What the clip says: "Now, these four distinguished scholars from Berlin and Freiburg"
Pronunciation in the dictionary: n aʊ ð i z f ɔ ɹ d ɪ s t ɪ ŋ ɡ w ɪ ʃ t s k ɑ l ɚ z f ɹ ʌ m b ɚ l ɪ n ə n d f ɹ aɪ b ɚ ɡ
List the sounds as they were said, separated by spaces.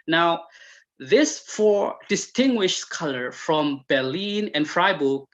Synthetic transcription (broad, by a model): n aʊ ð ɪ s f ɔ ɹ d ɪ s t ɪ ŋ ɡ w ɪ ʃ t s k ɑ l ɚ f ɹ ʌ m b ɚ l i n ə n f ɹ aɪ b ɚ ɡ